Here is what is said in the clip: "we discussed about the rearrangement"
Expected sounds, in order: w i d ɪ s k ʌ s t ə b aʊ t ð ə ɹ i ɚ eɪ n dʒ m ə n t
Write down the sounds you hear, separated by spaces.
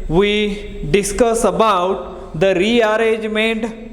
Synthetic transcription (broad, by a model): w i d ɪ s k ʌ s ə b aʊ t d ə ɹ i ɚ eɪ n dʒ m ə n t